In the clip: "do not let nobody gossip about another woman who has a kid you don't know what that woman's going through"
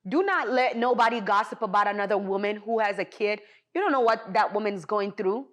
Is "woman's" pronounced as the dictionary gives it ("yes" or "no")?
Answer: yes